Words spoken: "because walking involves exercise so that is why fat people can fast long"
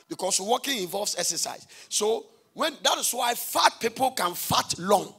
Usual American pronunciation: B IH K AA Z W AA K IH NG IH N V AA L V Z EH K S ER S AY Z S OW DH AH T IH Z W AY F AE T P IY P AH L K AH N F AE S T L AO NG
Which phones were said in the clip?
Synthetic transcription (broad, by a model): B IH K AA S W AA K IH NG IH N V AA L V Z EH K S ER S AY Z S OW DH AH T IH S W AY F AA T P IY P AH L K AH N F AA T L AO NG